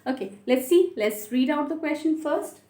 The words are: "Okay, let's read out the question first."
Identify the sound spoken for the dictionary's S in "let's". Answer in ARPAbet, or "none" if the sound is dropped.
S